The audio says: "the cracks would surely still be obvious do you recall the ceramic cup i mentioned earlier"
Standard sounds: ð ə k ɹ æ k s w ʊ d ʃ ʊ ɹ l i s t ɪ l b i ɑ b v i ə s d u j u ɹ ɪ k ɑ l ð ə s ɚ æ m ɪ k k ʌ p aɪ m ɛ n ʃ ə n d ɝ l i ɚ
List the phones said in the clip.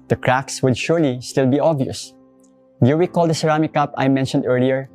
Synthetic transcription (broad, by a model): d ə k ɹ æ k s w ʊ d ʃ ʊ ɹ l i s t ɪ l b i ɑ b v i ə s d j u w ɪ k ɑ l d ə s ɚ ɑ m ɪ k k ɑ p aɪ m ɛ n ʃ ə n d ɝ l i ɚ